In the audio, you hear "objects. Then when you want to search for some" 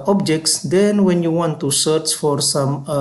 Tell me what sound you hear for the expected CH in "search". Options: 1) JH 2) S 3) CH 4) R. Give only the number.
3